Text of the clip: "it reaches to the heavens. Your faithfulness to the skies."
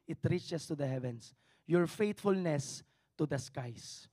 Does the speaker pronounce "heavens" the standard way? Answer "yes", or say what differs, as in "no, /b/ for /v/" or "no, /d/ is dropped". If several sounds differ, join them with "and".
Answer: no, /s/ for /z/